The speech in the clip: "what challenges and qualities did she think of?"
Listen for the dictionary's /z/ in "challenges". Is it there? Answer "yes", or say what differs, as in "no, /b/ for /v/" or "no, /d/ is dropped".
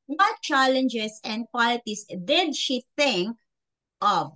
no, /s/ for /z/